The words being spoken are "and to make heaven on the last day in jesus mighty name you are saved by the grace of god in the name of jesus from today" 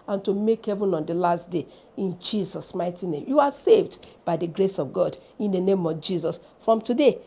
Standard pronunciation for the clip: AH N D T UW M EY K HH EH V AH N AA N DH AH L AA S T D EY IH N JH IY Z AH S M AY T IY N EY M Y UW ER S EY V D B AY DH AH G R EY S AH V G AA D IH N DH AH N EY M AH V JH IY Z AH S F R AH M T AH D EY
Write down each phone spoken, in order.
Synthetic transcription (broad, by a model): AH N T UW M EY K HH EH V AH N AA N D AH L AA S T D EY IH N JH IY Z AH S M AY T IY N EY M Y UW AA S EY V D B AY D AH G R EY S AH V G AA D IH N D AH N EY M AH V JH IY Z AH S F R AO M T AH D EY